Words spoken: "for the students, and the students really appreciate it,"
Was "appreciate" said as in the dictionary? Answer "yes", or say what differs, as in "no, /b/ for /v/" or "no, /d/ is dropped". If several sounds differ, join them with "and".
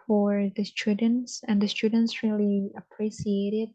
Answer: no, /s/ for /ʃ/